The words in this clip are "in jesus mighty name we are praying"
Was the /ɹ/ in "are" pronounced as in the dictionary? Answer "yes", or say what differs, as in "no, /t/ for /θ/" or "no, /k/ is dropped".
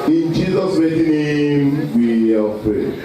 no, /l/ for /ɹ/